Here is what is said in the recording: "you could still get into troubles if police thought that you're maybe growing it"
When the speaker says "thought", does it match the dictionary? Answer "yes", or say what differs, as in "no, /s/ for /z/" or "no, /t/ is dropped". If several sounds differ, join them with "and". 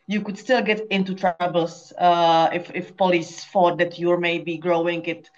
no, /f/ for /θ/